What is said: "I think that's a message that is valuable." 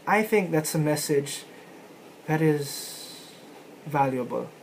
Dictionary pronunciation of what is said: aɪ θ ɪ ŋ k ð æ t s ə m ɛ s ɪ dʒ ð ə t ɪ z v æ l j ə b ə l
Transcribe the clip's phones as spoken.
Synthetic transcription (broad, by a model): aɪ θ ɪ ŋ k ð æ t s ə m ɛ s ɪ dʒ ð ə t ɪ z v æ l j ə b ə l